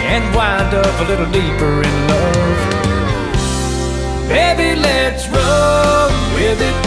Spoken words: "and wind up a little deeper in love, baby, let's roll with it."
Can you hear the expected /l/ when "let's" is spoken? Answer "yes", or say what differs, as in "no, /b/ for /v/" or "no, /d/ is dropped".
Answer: yes